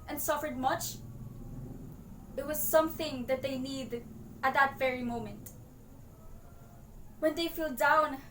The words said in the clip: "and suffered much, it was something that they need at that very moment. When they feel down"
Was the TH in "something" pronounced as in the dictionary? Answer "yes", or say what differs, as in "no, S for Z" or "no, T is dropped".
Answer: yes